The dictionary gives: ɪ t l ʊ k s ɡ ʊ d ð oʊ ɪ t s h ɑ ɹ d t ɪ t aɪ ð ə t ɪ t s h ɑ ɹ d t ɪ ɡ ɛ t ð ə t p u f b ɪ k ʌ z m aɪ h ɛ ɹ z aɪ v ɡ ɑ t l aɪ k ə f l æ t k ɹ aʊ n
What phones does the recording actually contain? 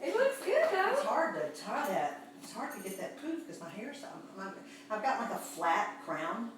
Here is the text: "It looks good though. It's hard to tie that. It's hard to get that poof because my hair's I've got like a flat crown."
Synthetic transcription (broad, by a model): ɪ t w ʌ s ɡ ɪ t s h ɑ ɹ d t ɪ t aɪ ð ə t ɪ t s h ɑ ɹ d t ɪ ɡ ɛ t ð ə t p u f k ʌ z m aɪ h ɛ ɹ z aɪ v ɡ ɑ t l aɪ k ə f l æ t k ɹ aʊ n